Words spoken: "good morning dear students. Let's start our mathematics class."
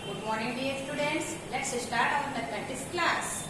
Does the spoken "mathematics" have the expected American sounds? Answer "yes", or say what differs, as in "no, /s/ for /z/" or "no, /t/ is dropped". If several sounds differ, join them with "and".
no, /k/ is dropped